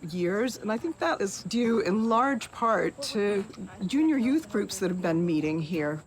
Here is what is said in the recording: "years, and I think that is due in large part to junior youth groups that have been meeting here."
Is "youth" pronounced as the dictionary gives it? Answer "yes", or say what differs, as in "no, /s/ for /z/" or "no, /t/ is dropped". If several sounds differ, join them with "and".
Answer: yes